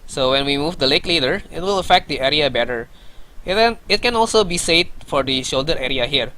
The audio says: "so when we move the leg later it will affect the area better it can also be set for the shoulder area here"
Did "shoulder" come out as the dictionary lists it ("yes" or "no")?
yes